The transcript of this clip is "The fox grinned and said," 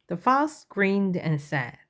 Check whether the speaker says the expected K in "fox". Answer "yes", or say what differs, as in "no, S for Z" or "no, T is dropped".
no, K is dropped